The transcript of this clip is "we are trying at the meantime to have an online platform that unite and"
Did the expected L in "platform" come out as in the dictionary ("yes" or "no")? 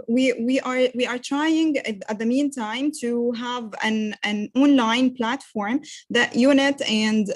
yes